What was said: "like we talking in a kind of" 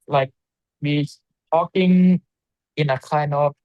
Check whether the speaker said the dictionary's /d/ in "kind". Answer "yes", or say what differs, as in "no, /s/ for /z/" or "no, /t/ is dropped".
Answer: no, /d/ is dropped